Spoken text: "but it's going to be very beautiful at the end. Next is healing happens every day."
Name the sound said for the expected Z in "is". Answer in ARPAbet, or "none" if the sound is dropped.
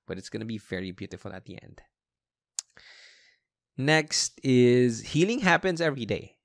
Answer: Z